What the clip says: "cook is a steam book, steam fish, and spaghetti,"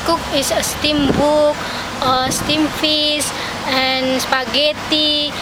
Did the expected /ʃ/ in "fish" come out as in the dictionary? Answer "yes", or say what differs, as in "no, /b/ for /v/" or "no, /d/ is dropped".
no, /s/ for /ʃ/